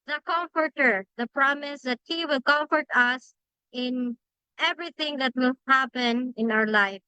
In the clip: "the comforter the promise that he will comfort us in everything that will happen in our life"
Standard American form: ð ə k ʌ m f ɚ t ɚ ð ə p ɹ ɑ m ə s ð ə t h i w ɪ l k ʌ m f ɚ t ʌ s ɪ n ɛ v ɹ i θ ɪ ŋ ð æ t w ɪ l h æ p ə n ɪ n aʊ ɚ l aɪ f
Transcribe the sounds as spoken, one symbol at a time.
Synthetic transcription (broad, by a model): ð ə k ʌ m f ɚ t ɚ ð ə p ɹ ɑ m ə s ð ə t h i w ɪ l k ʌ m f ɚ t ʌ s ɪ n ɛ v ɹ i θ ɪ ŋ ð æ t w ɪ l h æ p ə n ɪ n aʊ ɚ l aɪ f